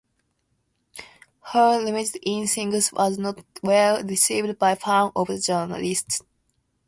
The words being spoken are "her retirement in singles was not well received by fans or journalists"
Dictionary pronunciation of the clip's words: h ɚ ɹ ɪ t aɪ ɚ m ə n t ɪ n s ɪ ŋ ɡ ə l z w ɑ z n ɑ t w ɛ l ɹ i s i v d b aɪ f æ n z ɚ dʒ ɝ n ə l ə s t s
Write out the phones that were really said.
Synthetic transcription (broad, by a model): h ɚ l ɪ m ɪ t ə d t ɪ n s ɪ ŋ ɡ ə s w ɑ z n ɑ t w ɛ l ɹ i s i v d b aɪ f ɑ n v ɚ dʒ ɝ n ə l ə s t s